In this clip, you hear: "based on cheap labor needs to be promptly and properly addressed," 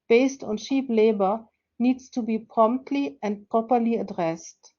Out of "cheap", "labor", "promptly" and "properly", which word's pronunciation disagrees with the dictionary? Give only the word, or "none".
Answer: cheap